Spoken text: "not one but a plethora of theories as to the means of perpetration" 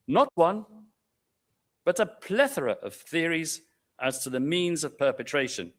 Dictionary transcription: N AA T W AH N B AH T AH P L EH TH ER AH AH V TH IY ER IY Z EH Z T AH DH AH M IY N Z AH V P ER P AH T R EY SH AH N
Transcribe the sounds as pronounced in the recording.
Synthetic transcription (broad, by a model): N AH T W AH N B AH T AH P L EH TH ER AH AH V TH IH ER IY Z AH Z T AH DH AH M IY N Z AH V P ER P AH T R EY SH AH N